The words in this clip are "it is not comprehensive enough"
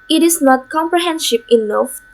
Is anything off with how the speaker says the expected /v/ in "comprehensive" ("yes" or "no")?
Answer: yes